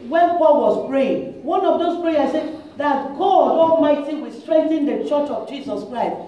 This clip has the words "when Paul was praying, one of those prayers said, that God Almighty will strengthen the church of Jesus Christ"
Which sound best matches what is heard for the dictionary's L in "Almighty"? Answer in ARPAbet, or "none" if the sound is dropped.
none